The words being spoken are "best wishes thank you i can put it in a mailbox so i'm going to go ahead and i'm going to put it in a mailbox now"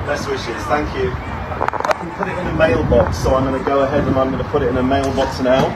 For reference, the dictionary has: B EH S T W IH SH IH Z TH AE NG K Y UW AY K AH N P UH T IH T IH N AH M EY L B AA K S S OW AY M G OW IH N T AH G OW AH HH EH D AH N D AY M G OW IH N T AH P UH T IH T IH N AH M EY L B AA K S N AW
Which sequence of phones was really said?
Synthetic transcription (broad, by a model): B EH S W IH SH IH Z TH AE NG K Y UW AY K AH N P UH T IH T IH N AH M EY L B AA K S S OW AY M G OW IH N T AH G OW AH HH EH D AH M AY M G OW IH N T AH P UH T IH T IH N AH M EY L B AA K S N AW